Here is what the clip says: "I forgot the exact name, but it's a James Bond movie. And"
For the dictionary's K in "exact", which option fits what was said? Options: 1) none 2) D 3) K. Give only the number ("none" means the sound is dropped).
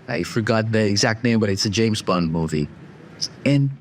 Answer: 3